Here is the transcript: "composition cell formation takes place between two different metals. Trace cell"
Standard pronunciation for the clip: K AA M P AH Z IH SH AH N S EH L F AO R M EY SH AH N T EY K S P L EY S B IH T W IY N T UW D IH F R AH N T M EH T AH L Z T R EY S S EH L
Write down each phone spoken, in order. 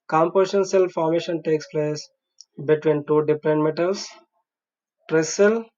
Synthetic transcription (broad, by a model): K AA M P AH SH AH N S EH L F AO R M EY SH AH N T EY K S P L EY S B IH T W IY N T UW D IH P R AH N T M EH T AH L S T R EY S S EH L